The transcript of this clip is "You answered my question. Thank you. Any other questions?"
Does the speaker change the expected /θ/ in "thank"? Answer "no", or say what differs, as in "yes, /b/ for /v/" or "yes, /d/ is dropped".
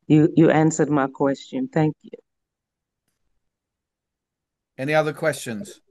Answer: no